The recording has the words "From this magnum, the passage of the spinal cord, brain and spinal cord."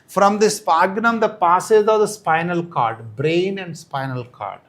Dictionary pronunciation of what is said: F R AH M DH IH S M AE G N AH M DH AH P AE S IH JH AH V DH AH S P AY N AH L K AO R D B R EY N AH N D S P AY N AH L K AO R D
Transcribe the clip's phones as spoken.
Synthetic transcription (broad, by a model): F R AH M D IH S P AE G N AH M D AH P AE S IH Z AH V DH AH S P AY N AH L K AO R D B R EY N AH N D S P AY N AH L K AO R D